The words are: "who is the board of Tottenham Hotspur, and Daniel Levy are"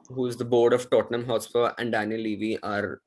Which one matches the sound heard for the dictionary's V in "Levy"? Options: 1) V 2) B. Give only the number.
1